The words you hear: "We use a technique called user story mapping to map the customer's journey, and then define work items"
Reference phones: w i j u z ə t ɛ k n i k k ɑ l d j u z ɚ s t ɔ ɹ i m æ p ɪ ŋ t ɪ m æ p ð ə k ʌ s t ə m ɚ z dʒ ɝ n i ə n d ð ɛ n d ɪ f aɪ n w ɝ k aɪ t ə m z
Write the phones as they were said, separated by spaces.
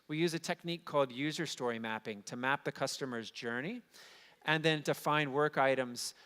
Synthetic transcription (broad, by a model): w i j u z ə t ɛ k n i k k ɑ l d j u z ɚ s t ɔ ɹ i m æ p ɪ ŋ t ɪ m æ p ð ə k ʌ s t ə m ɚ z dʒ ɝ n i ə n ð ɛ n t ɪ f aɪ n w ɝ k aɪ t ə m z